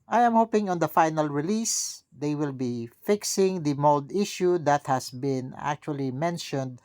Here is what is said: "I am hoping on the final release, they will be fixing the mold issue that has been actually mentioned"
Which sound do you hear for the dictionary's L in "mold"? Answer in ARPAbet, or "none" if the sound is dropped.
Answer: L